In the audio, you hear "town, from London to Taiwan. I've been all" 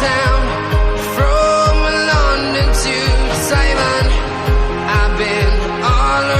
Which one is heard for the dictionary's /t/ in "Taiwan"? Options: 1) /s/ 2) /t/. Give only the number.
1